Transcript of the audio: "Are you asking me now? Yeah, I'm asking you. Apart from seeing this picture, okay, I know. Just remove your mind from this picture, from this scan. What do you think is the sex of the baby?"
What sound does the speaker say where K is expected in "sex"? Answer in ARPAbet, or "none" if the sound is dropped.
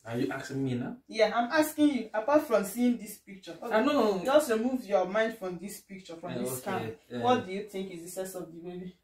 none